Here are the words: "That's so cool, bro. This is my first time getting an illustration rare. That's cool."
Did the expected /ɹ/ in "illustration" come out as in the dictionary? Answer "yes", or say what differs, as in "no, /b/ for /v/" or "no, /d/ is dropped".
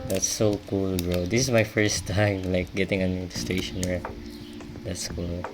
no, /ɹ/ is dropped